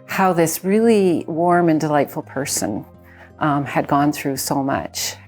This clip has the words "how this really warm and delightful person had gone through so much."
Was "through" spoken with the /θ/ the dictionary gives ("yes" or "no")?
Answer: yes